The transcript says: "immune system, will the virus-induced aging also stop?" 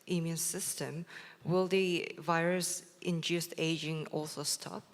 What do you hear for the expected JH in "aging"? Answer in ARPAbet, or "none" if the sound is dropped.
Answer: JH